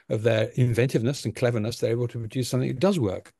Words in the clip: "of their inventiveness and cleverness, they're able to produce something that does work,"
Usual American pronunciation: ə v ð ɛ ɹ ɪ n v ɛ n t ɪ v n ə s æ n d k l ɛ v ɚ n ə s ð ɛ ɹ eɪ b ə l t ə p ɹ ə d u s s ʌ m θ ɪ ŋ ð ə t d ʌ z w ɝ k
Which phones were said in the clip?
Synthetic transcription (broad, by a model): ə v ð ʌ ɹ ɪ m v ɛ n t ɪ v n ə s n k l ɛ v ɚ n ə s ð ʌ ɹ eɪ b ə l t ə p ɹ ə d u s s ʌ m θ ɪ ŋ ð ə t d ʌ z w ɝ k